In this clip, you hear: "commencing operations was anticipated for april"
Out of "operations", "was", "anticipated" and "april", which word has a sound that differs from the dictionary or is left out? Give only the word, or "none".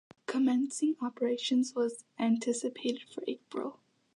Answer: none